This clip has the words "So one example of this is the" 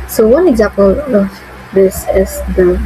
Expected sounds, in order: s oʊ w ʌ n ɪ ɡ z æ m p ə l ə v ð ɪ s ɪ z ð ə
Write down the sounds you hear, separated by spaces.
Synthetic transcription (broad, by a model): s oʊ w ʌ n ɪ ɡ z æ p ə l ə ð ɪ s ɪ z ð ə